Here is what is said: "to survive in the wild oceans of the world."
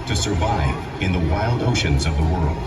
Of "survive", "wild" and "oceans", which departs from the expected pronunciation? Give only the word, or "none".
none